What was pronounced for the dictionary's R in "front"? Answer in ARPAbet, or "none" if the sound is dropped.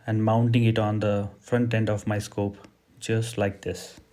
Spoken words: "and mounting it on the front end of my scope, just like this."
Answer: R